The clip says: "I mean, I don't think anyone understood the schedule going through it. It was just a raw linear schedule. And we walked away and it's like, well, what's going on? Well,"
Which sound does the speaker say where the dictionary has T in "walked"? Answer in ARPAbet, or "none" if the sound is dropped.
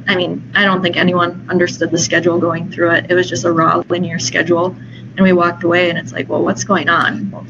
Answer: T